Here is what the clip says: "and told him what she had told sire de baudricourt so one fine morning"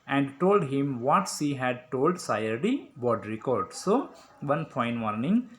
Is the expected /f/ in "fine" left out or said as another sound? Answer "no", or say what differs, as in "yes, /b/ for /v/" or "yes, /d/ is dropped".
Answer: yes, /p/ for /f/